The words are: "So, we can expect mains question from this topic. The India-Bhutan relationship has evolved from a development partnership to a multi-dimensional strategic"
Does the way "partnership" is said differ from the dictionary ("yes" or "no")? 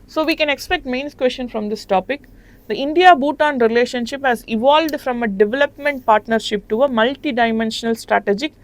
no